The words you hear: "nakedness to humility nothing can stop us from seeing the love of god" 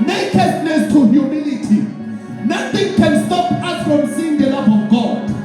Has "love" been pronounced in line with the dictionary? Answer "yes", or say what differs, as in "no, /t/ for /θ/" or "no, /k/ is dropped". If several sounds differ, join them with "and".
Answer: no, /p/ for /v/